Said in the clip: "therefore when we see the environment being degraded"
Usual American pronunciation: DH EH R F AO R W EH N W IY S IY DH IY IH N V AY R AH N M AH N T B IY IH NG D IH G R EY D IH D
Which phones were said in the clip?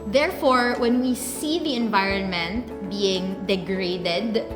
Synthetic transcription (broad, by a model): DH EH R F AO R W EH N W IY S IY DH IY IH N V AY R AH N M AH N T B IY IH NG D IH G R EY D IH D